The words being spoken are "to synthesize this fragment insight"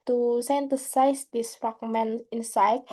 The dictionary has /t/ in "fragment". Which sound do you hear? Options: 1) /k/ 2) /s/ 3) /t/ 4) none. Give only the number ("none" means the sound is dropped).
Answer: 4